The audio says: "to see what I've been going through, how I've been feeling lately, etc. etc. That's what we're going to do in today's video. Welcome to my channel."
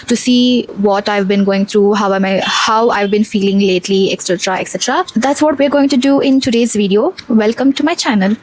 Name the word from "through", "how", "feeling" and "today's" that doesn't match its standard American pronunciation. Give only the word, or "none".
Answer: through